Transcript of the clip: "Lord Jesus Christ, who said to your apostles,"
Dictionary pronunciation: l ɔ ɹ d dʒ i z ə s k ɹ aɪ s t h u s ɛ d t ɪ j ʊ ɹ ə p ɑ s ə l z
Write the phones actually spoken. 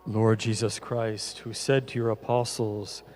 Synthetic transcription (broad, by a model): l ɔ ɹ d dʒ i z ə s k ɹ aɪ s t h u s ɛ d t ɪ j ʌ ɹ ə p ɑ s l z